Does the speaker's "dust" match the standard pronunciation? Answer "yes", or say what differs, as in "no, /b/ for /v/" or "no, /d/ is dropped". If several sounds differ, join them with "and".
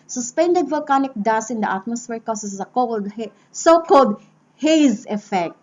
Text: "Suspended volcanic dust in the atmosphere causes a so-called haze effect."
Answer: no, /t/ is dropped